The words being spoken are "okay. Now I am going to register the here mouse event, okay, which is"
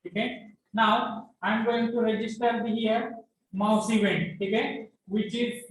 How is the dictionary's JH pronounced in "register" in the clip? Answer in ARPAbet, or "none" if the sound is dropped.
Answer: JH